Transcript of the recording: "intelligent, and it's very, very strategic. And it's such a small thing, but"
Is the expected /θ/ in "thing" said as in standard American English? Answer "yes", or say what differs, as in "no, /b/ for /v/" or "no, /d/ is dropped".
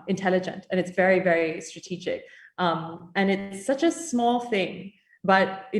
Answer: yes